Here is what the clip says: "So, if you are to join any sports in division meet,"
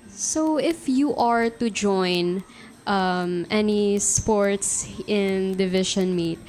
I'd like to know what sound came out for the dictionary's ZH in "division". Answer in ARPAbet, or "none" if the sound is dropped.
SH